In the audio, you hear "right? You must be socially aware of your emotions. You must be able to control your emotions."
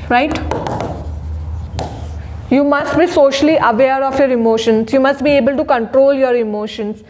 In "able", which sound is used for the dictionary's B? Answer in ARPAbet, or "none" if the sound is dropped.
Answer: B